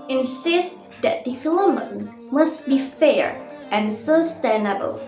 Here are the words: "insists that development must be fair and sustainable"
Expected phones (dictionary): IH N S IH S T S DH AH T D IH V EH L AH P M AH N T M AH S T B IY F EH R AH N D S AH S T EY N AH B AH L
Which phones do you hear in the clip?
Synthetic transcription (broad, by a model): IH N S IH S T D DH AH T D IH F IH L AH M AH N M AH S T B IY F EH R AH N S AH S T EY N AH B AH L